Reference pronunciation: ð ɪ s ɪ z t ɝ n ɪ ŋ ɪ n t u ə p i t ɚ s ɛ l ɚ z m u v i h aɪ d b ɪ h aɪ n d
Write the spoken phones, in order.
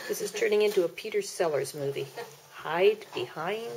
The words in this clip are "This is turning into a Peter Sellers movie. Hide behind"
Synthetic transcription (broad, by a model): ð ɪ s ɪ z t ɝ n ɪ ŋ ɪ n t u ə p i t ɚ s ɛ l ɚ z m u v i h aɪ d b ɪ h aɪ n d